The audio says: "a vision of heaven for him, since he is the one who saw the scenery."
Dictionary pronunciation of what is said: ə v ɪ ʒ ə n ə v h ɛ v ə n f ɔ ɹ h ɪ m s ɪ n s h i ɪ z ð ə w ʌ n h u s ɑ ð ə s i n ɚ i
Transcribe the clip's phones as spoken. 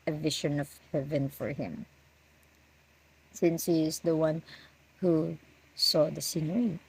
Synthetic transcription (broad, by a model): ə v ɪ ʃ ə n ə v h ɛ v ə n f ɔ ɹ h ɪ m s ɪ n s h i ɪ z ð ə w ʌ n h u s ɑ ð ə s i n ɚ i